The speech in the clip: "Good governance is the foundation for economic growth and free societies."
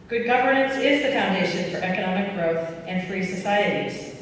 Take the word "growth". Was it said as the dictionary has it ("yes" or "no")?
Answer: yes